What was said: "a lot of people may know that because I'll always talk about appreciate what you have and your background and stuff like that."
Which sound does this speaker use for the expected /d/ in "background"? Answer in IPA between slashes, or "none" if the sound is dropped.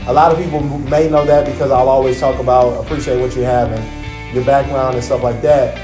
/d/